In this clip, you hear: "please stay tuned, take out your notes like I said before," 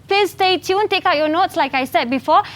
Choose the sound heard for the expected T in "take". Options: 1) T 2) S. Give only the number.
1